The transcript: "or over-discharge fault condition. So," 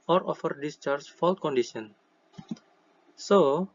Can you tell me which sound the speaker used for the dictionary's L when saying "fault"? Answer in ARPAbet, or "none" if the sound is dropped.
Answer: L